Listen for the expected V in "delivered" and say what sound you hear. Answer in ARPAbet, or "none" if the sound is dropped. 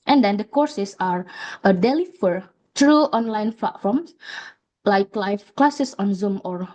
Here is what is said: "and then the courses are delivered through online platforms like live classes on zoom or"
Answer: F